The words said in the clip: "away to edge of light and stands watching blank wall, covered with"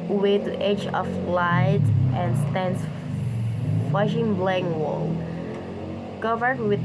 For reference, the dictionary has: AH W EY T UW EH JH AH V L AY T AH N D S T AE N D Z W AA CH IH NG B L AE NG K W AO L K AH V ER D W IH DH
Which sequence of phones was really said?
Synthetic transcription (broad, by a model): W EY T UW EH JH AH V L AY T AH N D S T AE N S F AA SH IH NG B L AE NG W AO L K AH V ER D W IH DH